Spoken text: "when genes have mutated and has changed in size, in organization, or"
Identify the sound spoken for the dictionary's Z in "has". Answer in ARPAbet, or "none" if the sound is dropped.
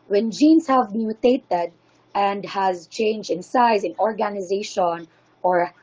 Z